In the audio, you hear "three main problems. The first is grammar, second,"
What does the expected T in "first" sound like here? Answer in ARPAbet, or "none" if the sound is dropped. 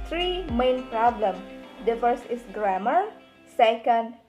none